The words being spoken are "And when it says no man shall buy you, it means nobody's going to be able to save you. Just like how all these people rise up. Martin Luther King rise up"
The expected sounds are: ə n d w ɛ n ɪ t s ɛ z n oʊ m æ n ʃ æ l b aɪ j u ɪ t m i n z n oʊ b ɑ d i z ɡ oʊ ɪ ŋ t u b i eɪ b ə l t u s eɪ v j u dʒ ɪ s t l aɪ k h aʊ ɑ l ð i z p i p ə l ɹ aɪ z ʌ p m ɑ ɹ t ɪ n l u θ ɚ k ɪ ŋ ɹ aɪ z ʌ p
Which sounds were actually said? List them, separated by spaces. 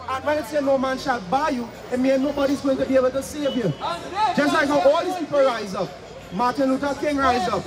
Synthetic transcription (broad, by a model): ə n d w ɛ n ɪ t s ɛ n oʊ m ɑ n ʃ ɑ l b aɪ j u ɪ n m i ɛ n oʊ b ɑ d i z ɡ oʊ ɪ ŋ t u b i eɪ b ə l t u s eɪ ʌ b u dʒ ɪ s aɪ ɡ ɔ ɑ l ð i s p i p ə l ɹ aɪ z ʌ p m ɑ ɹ t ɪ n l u t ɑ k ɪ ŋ ɹ aɪ z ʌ p